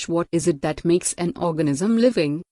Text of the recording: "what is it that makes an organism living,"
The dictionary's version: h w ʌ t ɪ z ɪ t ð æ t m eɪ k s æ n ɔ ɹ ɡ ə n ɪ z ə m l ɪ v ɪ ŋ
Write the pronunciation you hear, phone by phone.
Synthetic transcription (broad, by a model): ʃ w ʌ t ɪ z ɪ t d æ t m eɪ k s æ n ɔ ɹ ɡ ə n ɪ z ə m l ɪ v ɪ ŋ